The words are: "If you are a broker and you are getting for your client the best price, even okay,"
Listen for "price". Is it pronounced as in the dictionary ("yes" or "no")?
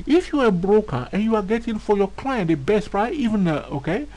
no